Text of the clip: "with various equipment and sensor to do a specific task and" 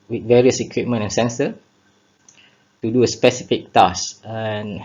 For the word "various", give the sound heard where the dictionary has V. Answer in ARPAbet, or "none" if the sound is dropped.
V